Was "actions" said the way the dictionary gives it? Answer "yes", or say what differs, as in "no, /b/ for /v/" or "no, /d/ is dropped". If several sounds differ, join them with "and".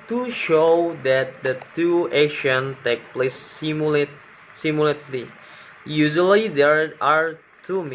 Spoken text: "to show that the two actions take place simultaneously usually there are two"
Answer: no, /k/ is dropped and /z/ is dropped